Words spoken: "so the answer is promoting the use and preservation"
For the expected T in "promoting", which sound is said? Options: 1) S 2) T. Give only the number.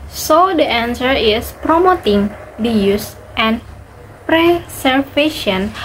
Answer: 2